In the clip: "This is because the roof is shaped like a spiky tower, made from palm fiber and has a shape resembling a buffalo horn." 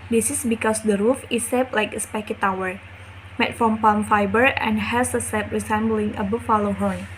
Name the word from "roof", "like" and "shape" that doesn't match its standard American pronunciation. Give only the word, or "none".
shape